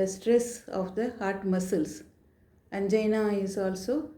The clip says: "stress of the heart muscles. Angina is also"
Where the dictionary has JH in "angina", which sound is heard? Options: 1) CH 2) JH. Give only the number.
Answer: 2